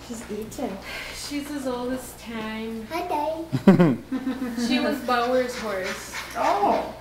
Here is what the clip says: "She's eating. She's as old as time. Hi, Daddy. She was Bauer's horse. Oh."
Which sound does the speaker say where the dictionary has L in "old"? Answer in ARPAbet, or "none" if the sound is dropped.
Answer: L